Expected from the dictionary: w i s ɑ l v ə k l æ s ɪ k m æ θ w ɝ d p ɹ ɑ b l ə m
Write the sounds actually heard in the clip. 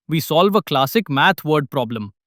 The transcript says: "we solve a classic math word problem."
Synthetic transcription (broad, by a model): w i s ɑ l v ə k l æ s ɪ k m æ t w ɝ d p ɹ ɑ b l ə m